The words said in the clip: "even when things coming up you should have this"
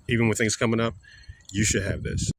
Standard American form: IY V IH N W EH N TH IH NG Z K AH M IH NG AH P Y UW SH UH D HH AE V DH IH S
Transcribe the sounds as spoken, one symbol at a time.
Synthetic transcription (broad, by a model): IY V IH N W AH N TH IH NG Z K AH M IH NG AH P Y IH SH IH D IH V DH IH S